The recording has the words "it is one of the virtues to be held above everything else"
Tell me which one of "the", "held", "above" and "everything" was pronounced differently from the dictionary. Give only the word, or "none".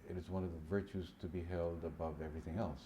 none